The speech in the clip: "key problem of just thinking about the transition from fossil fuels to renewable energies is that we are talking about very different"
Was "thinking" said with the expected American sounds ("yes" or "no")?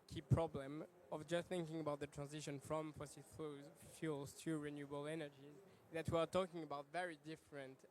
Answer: yes